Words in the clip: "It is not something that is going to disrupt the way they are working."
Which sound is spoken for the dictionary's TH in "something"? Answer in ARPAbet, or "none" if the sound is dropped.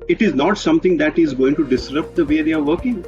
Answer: T